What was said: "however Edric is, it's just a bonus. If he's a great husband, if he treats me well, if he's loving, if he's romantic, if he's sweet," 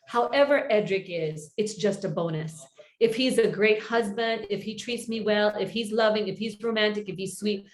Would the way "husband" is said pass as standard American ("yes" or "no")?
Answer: yes